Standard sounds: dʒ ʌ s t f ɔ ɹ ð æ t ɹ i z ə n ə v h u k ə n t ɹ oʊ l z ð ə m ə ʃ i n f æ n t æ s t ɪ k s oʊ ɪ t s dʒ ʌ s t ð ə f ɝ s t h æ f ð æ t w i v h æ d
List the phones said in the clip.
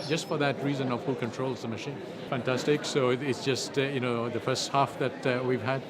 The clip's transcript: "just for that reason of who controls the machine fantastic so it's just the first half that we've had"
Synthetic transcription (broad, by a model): dʒ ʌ s t f ɔ ɹ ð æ t ɹ i z ə n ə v h u k ə n t ɹ oʊ l z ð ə m ə ʃ i n f æ n t æ s t ɪ k s oʊ ɪ t s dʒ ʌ s t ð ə f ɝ s t h æ f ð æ t w i v h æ d